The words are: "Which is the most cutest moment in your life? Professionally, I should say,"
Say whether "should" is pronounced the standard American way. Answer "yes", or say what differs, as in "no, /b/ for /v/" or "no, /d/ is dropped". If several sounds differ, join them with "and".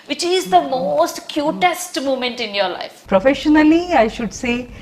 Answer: yes